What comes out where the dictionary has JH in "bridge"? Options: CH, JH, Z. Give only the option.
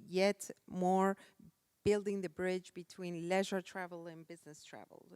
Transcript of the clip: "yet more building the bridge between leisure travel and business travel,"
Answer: JH